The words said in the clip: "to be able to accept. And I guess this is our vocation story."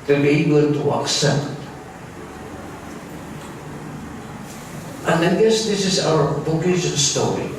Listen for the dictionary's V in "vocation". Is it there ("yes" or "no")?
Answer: no